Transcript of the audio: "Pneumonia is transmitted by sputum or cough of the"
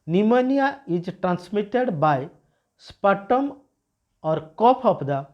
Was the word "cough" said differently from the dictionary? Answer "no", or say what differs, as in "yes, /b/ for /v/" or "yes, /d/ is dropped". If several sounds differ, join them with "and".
yes, /p/ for /f/